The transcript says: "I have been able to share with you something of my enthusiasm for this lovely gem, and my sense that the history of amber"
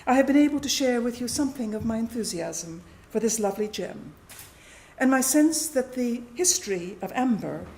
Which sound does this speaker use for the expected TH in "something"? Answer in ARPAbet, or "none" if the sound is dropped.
TH